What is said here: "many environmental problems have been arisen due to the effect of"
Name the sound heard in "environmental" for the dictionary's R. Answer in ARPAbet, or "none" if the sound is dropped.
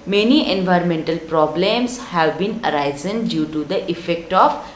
R